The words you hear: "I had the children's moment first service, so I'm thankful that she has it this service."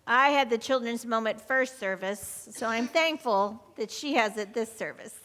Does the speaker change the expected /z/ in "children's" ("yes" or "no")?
no